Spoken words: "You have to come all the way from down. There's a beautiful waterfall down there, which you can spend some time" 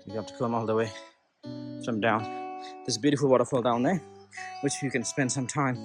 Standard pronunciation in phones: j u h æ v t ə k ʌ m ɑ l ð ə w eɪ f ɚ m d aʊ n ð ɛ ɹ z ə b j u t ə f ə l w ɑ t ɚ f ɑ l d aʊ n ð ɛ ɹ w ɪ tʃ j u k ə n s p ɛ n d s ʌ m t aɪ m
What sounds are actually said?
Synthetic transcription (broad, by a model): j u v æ t ə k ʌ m ɑ l ð ə w eɪ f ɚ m d aʊ n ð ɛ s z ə b j u t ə f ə l w ɑ t ɚ f ɑ l d aʊ n ð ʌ ɹ w ɪ tʃ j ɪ k ə n s p ɛ n d s ʌ m t aɪ m